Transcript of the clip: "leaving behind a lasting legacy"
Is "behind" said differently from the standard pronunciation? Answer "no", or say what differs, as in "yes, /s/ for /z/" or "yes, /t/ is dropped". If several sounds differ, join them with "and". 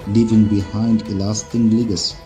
no